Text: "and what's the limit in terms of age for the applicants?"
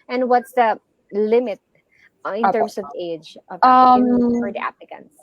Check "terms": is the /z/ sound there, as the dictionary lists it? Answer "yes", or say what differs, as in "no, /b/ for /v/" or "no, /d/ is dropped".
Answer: no, /s/ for /z/